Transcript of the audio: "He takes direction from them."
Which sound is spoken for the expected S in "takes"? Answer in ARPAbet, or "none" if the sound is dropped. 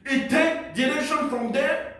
none